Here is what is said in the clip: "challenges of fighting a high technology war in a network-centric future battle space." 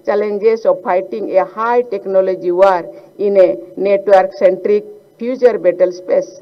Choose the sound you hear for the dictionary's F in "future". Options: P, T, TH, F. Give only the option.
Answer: P